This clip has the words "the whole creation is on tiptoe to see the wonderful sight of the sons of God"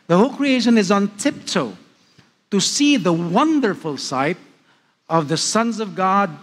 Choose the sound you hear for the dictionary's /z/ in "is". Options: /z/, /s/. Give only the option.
/z/